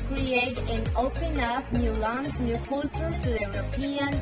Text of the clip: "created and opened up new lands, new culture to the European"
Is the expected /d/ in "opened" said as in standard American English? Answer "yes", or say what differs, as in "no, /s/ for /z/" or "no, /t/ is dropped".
no, /d/ is dropped